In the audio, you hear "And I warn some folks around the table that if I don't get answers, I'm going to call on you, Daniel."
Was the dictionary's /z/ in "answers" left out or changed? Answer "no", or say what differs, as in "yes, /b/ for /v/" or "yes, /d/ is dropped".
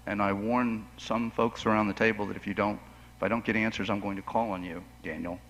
no